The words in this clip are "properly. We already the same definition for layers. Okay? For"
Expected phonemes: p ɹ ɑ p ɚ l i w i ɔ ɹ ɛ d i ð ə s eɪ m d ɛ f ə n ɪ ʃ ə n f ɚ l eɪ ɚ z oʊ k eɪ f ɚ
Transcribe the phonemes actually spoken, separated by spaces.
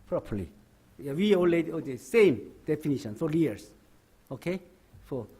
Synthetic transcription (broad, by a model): p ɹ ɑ p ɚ l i w i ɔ l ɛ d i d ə s eɪ m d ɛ f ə n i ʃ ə n f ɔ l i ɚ s oʊ k eɪ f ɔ